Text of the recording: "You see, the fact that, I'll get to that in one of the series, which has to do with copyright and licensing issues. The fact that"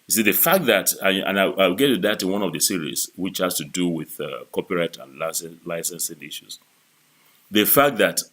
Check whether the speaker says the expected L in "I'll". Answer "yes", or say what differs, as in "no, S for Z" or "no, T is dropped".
no, W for L